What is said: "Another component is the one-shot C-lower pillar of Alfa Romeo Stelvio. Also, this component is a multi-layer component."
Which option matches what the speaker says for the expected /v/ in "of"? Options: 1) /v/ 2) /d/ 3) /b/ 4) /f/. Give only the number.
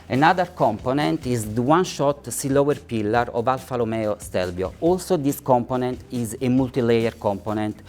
1